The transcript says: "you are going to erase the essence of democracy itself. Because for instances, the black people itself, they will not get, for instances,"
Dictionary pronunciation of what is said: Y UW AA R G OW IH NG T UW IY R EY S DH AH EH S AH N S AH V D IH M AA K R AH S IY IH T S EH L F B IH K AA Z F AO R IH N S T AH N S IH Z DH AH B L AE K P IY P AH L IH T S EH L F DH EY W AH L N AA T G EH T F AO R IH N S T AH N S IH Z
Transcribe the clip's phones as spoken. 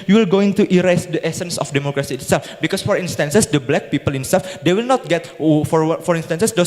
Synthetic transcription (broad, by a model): Y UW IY L G OW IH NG T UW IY R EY S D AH EH S AH N S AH F D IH M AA K R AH S IY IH T S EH L F B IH K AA S F AO R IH N S T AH N S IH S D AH B L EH K P IY P AH L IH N S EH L F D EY W AH L N AA T G EH T F AO R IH N S T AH N S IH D